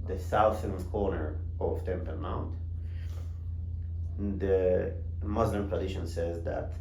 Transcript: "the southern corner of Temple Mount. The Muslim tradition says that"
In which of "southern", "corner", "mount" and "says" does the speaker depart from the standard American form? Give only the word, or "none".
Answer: southern